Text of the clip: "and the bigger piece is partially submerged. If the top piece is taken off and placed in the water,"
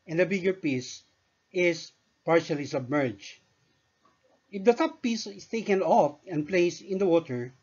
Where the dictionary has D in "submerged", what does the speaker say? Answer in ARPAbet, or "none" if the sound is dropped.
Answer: none